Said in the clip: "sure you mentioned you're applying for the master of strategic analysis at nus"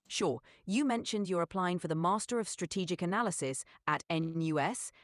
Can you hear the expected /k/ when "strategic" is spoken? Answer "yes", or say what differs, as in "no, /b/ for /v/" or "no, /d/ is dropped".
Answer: yes